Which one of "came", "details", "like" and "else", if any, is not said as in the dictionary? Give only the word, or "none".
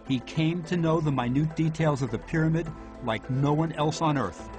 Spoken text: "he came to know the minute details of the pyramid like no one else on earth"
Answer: none